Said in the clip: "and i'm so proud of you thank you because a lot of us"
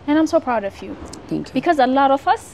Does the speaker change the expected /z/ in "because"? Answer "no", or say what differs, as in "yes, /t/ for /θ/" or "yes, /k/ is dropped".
no